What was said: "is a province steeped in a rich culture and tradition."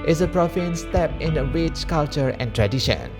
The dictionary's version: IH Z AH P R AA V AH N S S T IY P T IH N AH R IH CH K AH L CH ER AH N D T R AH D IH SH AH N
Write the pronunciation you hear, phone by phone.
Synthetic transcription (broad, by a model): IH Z AH P R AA F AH N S S T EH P IH N AH W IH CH K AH L CH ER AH N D T R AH D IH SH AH N